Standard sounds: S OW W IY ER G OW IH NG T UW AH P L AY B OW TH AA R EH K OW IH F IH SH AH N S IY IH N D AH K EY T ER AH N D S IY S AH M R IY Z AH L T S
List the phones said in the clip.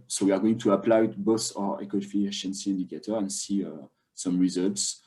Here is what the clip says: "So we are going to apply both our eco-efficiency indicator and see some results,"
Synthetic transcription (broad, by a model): S OW W IY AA G OW IH NG T UW AH P L AY B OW S AA R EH K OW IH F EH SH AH N S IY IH N D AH K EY T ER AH N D S IY S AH M R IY Z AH L T S